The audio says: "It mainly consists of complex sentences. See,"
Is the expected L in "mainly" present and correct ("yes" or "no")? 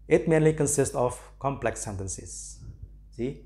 yes